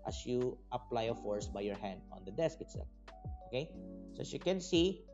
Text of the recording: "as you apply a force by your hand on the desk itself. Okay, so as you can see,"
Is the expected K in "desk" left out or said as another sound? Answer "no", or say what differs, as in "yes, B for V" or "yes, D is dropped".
no